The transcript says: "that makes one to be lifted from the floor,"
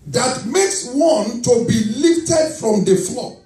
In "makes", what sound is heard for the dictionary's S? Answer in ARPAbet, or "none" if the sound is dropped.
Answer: S